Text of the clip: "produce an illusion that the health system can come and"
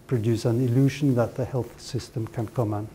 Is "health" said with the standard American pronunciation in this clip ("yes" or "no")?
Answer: yes